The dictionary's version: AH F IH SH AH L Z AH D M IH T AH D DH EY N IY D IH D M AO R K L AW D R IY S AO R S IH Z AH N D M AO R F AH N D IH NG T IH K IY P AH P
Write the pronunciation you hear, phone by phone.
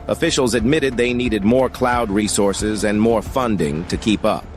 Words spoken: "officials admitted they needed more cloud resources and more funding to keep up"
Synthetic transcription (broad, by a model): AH F IH SH L Z AH D M IH T AH D DH EY N IY D IH D M AO R K L AW D R IY S AO R S IH Z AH N M AO R F AH N D IH NG T IH K IY P AH P